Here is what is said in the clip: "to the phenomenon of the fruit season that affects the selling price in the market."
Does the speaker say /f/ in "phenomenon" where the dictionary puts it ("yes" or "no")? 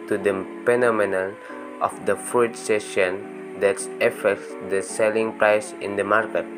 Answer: no